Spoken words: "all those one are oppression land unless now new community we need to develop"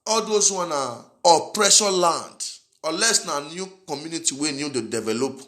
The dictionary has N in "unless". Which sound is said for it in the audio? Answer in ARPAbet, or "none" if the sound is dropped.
none